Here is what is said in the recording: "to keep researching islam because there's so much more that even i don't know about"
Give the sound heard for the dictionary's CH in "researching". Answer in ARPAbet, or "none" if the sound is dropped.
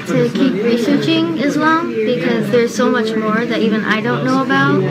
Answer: CH